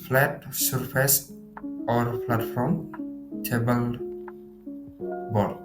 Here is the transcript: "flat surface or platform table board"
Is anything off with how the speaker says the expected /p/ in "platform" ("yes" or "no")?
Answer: yes